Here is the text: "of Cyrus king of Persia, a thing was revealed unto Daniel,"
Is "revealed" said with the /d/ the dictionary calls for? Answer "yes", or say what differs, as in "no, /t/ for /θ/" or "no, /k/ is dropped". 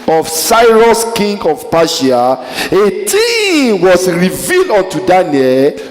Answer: yes